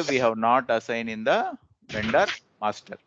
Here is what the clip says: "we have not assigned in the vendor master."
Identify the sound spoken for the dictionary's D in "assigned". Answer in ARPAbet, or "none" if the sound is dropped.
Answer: none